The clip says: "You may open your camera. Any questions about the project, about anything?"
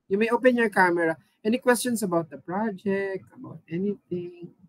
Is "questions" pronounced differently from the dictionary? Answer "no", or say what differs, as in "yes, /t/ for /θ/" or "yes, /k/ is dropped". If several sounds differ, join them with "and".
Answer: yes, /s/ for /z/